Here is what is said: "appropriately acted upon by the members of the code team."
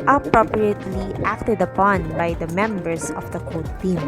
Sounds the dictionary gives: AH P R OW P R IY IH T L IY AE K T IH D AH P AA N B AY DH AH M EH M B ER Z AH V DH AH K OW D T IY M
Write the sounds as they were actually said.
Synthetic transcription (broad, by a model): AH P R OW P R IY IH T L IY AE K T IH D AH P AA N B AY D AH M EH M B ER S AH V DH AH K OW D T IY M